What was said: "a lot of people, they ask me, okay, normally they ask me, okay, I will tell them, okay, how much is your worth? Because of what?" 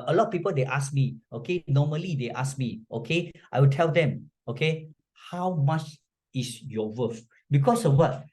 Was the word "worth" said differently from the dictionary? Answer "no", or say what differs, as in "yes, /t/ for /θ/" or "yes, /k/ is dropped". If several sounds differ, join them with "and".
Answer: yes, /f/ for /θ/